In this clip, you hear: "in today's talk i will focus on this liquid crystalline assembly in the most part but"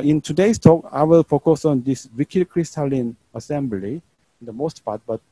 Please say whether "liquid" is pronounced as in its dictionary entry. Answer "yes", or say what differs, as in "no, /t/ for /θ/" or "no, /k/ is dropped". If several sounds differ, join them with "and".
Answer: no, /w/ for /l/